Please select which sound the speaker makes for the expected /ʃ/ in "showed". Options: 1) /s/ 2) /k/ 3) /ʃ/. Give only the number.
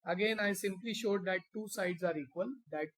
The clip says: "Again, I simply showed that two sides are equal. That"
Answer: 3